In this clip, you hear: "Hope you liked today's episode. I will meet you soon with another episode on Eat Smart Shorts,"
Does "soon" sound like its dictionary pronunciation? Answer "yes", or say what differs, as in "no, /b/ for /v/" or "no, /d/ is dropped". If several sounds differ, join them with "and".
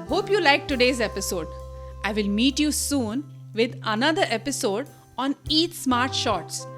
yes